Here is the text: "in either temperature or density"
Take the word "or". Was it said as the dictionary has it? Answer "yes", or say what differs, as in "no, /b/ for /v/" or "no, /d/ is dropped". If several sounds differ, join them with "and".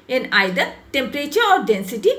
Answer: yes